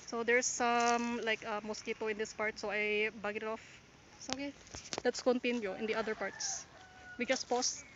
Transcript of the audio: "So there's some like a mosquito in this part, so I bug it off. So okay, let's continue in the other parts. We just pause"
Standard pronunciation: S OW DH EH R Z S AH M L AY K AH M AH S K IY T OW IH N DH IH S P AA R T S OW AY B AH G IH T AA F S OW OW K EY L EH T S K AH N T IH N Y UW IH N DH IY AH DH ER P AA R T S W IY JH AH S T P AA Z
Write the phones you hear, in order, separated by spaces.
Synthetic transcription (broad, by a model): S OW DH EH R S AH M L AY K AH M AH S K IY T OW IH N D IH S P AA R T S OW AY B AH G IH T AA F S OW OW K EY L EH T S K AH N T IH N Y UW IH N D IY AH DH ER P AA R T S W IY JH AH S T P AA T